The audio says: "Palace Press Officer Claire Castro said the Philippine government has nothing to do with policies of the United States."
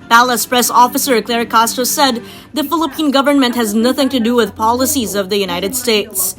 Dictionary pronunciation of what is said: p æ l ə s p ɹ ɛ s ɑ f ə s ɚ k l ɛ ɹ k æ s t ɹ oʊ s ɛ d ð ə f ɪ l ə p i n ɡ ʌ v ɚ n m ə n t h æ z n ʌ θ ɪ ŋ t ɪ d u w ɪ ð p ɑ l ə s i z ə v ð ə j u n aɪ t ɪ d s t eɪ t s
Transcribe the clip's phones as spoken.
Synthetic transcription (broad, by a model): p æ l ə s p ɹ ɛ s ɑ f ə s ɚ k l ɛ ɹ k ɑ s t oʊ s ɛ d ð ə f ɪ l ə p i n ɡ ʌ v ɚ n m ə n t h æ z n ʌ θ ɪ ŋ t ɪ d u w ɪ ð p ɑ l ə s i z ə v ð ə j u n aɪ t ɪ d s t eɪ t s